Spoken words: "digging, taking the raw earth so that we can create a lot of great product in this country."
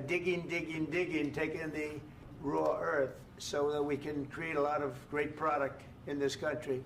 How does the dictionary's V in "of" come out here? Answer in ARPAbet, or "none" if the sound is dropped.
V